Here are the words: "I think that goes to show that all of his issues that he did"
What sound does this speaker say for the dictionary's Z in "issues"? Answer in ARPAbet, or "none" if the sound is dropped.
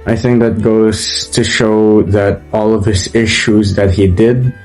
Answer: Z